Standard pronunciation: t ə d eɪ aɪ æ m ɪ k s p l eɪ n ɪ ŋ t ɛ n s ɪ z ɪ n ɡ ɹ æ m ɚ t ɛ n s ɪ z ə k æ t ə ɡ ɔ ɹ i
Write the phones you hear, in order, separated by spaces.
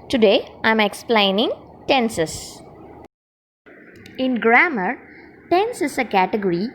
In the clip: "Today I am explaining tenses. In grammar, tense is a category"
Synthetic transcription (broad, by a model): t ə d eɪ aɪ m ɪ k s p l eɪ n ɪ ŋ t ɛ n s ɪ s ɪ n ɡ ɹ æ m ɚ t ɛ n s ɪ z ə k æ t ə ɡ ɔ ɹ i